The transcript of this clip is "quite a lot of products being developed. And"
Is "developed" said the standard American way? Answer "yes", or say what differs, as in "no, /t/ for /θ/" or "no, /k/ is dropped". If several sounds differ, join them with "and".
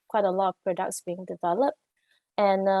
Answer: yes